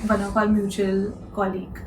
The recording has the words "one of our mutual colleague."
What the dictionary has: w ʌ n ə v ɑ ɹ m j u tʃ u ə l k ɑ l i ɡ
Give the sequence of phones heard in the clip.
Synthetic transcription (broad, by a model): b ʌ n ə p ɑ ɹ m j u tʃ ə l k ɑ l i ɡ